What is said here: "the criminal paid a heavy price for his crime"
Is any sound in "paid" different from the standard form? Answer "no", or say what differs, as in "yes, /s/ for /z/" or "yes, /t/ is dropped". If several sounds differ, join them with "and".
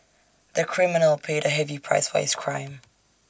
no